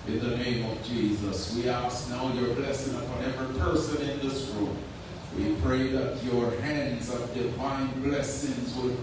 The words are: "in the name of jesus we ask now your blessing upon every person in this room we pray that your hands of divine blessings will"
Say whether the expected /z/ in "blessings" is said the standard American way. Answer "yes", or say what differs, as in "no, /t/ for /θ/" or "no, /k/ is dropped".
yes